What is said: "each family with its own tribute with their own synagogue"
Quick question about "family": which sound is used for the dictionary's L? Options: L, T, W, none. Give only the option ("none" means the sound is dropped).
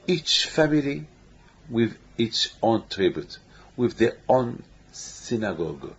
L